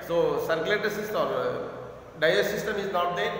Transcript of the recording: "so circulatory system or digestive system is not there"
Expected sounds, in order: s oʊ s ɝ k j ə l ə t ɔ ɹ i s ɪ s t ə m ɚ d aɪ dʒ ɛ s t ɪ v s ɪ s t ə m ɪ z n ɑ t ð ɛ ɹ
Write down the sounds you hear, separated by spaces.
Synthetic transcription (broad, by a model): s oʊ s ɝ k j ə l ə t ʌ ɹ s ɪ s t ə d d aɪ ʌ t s ɪ s t ə m ɪ z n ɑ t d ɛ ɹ